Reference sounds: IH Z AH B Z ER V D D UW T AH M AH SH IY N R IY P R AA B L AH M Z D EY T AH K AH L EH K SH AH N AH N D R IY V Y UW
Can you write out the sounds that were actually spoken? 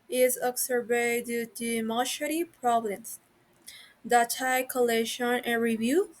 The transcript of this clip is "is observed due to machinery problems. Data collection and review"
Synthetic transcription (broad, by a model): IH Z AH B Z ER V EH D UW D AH M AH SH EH R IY P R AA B L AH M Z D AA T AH K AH L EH SH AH N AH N R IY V Y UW